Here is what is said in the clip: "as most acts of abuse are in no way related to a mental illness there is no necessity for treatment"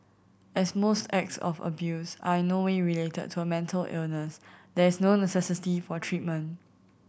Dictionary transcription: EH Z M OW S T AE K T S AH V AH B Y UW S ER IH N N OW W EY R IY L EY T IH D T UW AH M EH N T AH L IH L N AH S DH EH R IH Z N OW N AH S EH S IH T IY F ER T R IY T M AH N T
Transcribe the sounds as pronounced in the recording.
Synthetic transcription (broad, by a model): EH S M OW S T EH K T S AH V AH B Y UW S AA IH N N OW W EY R IY L EY T IH D T UW AH M EH N T AH L IH L N AH S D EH R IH S N OW N AH S EH S IH T IY F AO T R IY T M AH N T